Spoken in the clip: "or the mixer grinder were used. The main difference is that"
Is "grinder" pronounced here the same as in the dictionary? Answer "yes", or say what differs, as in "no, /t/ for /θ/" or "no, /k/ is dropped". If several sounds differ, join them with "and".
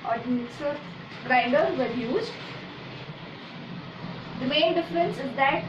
no, /n/ is dropped